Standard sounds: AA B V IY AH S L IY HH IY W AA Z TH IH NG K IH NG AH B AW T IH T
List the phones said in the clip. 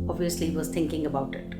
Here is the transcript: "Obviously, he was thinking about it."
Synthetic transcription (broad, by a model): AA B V IY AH S L IY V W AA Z T IH NG K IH NG AH B AW T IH T